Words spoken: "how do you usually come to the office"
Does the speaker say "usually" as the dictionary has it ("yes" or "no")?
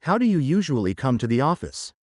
yes